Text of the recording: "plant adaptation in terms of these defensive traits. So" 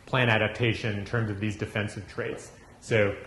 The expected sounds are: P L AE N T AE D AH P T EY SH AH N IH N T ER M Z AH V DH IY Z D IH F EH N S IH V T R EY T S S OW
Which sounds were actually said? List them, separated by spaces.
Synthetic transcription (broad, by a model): P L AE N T AE D AH P T EY SH AH N IH N T ER M Z AH V DH IY Z D IH F EH N S IH V T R EY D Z S OW